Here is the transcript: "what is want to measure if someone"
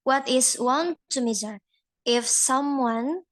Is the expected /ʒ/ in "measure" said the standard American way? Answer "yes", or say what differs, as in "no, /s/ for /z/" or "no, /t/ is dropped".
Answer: no, /z/ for /ʒ/